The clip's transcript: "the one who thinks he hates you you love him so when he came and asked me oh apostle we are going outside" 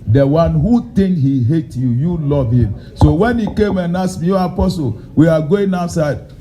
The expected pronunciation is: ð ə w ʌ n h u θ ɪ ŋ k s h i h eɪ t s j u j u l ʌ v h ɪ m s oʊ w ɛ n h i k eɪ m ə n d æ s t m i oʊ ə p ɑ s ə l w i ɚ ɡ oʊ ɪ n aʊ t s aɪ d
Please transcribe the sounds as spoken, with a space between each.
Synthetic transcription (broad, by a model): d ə w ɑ n h u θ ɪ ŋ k h i h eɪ t j u j u l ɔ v h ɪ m s oʊ w ɛ n h i k eɪ m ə n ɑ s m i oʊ ə p ɑ s ə l w i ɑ ɡ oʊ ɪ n aʊ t s aɪ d